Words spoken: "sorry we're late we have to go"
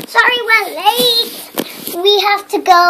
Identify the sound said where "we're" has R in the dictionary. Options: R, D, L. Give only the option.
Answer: L